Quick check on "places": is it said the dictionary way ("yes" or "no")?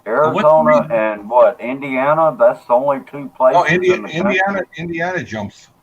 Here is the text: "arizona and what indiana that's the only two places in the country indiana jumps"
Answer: no